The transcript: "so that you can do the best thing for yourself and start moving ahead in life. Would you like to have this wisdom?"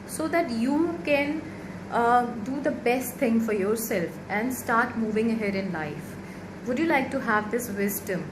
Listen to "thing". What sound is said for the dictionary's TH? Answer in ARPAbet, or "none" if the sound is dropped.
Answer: T